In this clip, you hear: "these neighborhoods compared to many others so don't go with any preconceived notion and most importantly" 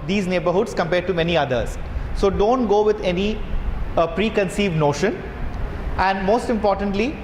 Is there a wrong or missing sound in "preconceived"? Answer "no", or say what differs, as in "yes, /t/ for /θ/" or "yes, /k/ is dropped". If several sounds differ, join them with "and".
no